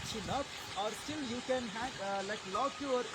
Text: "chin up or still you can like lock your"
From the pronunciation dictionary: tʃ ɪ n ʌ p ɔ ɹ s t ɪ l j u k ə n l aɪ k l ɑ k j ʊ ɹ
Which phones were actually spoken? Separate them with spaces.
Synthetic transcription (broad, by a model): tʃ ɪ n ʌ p ɔ ɹ s t ɪ l j u k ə n l aɪ k l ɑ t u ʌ ɹ